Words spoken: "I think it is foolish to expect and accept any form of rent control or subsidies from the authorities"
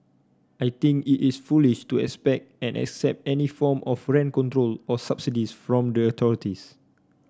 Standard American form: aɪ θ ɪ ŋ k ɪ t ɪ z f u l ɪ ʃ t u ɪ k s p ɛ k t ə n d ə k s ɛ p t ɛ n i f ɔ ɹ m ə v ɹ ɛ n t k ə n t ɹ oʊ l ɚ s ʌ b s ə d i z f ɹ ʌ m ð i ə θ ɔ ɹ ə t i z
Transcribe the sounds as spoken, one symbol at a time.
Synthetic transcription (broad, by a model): aɪ t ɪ ŋ k ɪ t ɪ s f u l ɪ ʃ t u ɪ k s p ɛ k t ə n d ə k s ɛ p t ɛ n i f ɔ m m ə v ɹ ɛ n k ə n t ɹ oʊ l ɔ s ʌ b s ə d i s f ɹ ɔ m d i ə t ɔ ɹ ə t i s